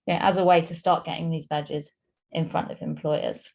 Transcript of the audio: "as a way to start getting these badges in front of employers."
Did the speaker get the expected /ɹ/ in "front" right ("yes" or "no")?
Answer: yes